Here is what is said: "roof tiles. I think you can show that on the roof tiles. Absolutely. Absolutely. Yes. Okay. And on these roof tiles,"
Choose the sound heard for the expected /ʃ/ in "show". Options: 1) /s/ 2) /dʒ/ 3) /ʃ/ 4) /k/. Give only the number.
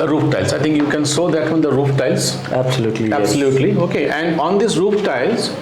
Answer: 1